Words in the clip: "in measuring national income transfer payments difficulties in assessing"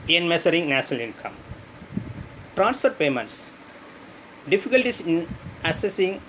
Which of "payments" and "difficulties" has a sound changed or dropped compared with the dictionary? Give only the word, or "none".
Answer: difficulties